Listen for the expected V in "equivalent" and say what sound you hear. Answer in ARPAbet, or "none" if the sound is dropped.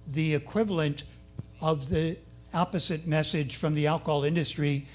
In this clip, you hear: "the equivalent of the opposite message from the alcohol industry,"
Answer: V